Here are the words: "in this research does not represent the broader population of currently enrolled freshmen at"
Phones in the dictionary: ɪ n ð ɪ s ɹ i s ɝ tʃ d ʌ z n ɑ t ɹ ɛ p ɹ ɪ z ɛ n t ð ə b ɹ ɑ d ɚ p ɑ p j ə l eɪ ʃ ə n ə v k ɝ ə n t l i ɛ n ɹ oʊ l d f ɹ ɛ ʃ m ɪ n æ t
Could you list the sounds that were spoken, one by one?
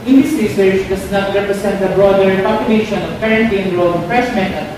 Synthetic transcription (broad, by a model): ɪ n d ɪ s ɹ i s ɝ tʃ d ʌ s n ɑ t ɹ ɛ p ɹ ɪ s ɛ n t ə b ɹ ɑ d ɚ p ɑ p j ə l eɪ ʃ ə n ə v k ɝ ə n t i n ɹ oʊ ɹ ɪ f ɹ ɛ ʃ m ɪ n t